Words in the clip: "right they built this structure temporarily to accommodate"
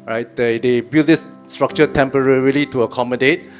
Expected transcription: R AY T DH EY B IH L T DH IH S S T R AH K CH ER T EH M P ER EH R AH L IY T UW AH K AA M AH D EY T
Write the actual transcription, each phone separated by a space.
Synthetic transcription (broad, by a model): R AY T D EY B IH L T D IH S S T R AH K CH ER T EH M P ER EH R AH L IY T UW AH K AA M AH D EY T